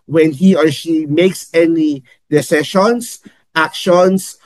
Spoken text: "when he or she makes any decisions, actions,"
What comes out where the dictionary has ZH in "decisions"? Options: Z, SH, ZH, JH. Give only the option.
SH